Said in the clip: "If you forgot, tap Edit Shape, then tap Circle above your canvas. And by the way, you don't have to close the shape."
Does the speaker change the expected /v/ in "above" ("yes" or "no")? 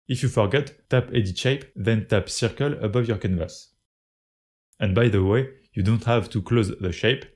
no